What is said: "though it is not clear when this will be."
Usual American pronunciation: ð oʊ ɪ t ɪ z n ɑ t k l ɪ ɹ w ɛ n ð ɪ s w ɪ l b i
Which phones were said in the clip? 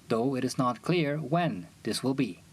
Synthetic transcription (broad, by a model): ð oʊ ɪ t ɪ z n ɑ t k l ɪ ɹ w ɛ n ð ɪ s w ɪ l b i